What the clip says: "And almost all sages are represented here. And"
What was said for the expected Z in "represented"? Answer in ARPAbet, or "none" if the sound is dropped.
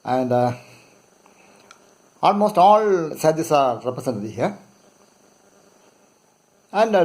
S